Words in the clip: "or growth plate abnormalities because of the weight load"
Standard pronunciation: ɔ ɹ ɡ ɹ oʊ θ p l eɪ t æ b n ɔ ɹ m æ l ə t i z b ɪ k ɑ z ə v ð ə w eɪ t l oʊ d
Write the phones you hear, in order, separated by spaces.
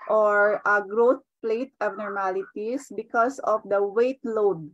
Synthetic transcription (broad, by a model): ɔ ɹ ɡ ɹ oʊ t p l eɪ t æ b n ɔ ɹ m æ l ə t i s b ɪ k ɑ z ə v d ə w eɪ t l oʊ d